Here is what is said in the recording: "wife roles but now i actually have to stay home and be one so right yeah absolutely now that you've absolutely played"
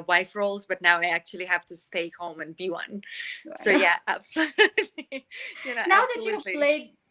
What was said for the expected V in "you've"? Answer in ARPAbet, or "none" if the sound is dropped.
none